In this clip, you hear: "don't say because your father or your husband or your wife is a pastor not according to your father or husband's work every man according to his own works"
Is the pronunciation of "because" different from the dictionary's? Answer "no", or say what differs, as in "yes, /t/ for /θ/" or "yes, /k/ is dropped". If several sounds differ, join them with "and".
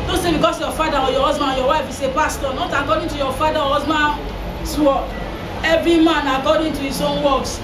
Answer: yes, /s/ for /z/